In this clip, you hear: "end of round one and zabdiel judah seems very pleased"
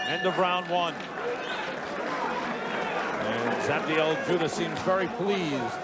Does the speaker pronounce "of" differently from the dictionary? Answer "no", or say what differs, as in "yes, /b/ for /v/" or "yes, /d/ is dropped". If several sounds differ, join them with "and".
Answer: yes, /b/ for /v/